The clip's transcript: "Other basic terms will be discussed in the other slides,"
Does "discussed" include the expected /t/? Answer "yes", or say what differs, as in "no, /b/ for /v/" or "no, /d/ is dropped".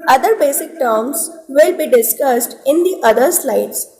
yes